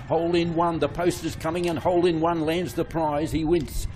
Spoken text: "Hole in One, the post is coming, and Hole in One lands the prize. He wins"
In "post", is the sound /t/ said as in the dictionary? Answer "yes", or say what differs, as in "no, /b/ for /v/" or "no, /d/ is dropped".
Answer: yes